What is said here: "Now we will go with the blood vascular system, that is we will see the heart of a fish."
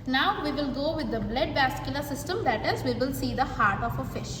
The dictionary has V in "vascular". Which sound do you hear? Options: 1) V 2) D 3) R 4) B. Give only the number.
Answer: 4